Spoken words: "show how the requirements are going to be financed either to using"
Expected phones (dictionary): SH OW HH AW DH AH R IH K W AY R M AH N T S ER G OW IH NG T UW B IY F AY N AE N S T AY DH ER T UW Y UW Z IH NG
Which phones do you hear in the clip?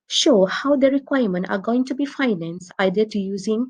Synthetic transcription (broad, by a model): SH OW HH AW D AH R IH K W AY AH M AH N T ER G OW IH NG T UW B IY F AY N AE N S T AY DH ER T UW Y UW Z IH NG